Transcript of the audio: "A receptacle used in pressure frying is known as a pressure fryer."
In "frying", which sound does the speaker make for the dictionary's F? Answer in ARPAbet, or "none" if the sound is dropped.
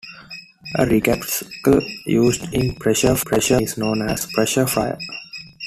P